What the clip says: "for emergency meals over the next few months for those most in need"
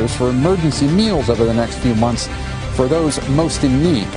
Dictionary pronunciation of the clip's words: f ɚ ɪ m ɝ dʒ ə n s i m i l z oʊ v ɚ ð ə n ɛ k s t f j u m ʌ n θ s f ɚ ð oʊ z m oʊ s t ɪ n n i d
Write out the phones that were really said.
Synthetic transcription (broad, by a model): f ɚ ɪ m ɝ dʒ ə n s i m i l z oʊ v ɚ ð ə n ɛ k s t f j u m ʌ n θ s f ɚ ð oʊ z m oʊ s t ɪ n n i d